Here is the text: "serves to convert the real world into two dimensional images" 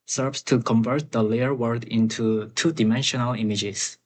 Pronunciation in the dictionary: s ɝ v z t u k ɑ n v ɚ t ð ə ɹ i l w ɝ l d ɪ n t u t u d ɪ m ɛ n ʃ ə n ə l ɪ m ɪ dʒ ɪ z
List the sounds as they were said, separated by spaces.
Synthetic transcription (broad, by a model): s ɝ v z t u k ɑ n v ɚ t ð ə l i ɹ w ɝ d ɪ n t u t u d ɪ m ɛ n ʃ ə n ə l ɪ m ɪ dʒ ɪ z